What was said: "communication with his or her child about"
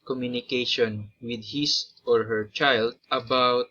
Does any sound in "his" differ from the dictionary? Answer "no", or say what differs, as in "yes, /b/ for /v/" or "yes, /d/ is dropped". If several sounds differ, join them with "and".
yes, /s/ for /z/